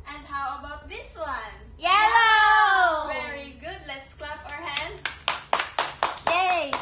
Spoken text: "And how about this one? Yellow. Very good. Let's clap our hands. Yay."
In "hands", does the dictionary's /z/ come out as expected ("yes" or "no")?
no